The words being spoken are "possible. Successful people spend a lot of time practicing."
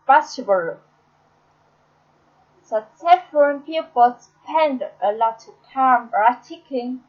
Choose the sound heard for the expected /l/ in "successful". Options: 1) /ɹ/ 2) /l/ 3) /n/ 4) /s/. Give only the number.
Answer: 3